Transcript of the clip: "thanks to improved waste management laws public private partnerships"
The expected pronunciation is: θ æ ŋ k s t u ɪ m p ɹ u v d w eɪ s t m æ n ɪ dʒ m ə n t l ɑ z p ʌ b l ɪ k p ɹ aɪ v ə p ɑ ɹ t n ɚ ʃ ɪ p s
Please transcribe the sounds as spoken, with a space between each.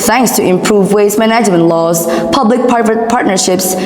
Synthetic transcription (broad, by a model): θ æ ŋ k s t u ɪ m p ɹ u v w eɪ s m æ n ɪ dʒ m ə n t l ɑ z p ʌ b l ɪ k p aɪ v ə p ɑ ɹ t n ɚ ʃ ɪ p s